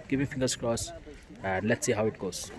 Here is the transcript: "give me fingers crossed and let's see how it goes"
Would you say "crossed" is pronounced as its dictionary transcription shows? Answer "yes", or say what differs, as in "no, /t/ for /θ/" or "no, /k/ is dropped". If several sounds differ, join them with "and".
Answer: no, /t/ is dropped